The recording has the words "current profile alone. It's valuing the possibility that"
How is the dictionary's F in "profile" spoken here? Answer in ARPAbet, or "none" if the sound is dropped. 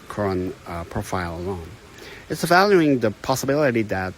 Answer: F